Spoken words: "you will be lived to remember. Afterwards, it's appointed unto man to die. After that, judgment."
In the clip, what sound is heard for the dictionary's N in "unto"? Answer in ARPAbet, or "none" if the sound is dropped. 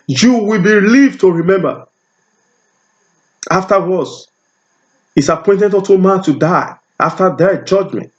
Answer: none